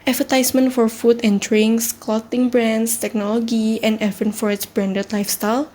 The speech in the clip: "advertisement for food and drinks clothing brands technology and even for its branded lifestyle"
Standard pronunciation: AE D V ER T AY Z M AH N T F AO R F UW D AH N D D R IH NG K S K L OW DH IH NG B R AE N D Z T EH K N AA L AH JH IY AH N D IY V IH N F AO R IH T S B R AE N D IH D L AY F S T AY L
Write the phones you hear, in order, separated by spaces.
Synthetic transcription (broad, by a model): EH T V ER T AY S M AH N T F AO R F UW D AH N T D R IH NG S K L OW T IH NG B R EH N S T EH K N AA L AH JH IY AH N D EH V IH N F AO R IH T S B R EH N D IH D L AY F S T AY L